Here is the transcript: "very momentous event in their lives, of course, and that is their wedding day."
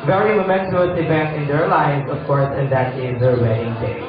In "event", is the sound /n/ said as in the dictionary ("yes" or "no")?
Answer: no